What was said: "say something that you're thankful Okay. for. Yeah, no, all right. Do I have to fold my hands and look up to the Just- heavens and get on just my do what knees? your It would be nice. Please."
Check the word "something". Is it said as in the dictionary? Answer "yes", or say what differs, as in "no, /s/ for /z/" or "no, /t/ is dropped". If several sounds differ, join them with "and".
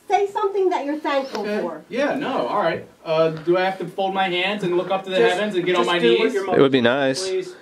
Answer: yes